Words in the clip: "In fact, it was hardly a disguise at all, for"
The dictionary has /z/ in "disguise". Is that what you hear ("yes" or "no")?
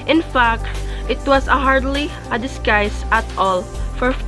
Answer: no